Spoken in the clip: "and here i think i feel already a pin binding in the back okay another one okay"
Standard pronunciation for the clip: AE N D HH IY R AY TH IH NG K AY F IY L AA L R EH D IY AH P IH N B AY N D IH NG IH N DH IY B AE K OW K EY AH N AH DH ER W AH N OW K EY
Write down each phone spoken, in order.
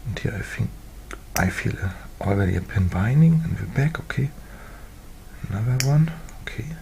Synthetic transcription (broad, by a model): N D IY AY F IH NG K AY F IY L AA L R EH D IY AH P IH N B AY N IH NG IH N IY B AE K OW K EY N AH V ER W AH N OW K EY